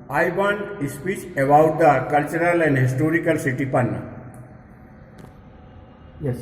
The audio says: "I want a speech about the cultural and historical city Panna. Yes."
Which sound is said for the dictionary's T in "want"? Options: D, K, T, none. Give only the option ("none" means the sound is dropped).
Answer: none